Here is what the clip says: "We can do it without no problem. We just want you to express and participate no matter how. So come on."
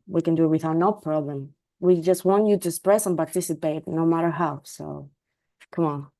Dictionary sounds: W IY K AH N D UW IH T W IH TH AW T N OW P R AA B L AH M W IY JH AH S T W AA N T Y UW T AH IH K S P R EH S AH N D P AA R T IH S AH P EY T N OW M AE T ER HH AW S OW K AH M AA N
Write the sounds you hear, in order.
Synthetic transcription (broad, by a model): W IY K AH N D UW IH T W IH TH AW T N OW P R AA B L AH M W IY JH AH S T W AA N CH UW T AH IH S P R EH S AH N P AA R T IH S AH P EY T N OW M AE T ER HH AW S OW K AH M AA N